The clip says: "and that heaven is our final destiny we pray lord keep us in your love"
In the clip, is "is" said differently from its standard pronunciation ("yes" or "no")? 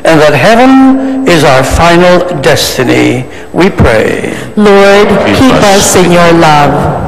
no